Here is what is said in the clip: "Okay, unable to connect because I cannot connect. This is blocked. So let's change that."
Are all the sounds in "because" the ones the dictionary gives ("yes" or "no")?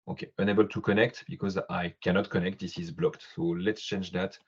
yes